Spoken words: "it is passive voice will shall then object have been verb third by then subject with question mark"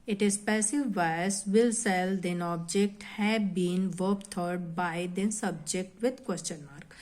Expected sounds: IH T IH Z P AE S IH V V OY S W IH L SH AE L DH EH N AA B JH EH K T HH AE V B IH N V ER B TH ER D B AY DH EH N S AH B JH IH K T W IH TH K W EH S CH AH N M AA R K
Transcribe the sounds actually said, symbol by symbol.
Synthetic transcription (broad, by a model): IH T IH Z P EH S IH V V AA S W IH L S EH L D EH N AA B JH EH K T HH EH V B IH N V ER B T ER D B AY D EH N S AH B JH IH K T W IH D K W EH S CH AH N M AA R K